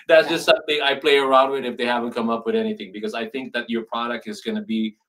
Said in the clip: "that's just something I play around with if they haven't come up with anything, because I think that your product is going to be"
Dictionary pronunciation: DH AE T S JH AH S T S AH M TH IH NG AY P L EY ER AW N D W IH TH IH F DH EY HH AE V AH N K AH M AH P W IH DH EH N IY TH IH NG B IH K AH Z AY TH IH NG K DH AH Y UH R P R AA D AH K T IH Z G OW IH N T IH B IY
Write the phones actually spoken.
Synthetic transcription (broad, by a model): DH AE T S JH AH S T S AH M TH IH NG AY P L EY ER AW N D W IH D IH F DH EY HH AE V AH N K AH M AH P W IH DH EH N IY TH IH NG B IH K AH Z AY TH IH NG K DH AH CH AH R P R AA D AH K T IH Z G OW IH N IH B IY